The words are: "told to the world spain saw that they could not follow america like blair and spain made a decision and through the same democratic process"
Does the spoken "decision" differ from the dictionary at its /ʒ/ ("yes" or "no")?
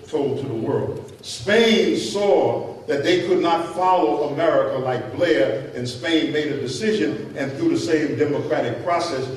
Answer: no